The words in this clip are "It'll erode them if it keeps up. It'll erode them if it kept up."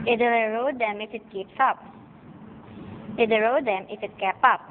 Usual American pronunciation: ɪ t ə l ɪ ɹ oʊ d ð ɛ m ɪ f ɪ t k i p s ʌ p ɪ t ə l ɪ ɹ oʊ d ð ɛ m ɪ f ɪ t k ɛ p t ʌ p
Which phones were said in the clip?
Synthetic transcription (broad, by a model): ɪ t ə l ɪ ɹ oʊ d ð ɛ m ɪ f ɪ t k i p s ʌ p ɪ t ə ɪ ɹ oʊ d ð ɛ m ɪ f ɪ t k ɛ p ʌ p